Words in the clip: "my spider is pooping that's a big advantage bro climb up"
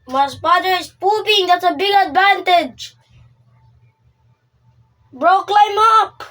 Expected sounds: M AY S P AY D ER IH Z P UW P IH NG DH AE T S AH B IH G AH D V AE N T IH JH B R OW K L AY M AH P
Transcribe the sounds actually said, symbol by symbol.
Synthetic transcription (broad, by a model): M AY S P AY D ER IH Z P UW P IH NG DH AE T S AH B IH G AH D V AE N T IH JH B R OW K L AY M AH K